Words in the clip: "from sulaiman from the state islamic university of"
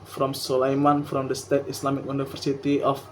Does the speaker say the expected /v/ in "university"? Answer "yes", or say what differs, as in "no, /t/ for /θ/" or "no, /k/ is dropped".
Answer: no, /f/ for /v/